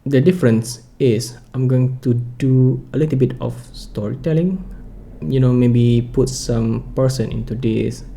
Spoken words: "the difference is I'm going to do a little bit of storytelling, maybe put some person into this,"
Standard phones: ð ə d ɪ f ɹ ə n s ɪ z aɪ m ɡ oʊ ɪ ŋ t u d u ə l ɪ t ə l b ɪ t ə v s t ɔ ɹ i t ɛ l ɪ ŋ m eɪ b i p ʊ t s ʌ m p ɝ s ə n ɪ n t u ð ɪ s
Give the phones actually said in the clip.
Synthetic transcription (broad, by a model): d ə d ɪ f ɹ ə n s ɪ s aɪ m ɡ oʊ ɪ ŋ t u d u ə l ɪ t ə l b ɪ t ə f s t ɔ ɹ i t ɛ l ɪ ŋ m eɪ b i p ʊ t s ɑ m p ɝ s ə n ɪ n t u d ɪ s